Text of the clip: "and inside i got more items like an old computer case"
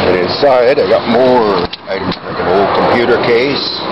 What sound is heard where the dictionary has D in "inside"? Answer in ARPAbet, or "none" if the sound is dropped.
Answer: D